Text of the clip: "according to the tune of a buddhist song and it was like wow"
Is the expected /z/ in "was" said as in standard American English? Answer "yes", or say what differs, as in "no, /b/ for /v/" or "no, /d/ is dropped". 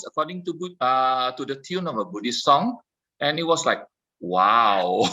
no, /s/ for /z/